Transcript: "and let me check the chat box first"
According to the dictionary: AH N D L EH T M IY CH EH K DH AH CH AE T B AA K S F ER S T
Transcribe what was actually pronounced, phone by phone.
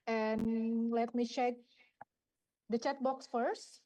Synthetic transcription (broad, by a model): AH N L EH T M IY CH EH K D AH CH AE T B AA K S F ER S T